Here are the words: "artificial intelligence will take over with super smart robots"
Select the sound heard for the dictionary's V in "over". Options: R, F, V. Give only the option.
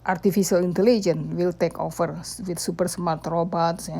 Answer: F